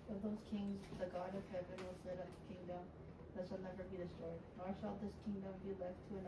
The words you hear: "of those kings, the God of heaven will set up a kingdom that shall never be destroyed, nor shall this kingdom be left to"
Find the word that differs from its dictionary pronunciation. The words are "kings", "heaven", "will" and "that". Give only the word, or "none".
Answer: none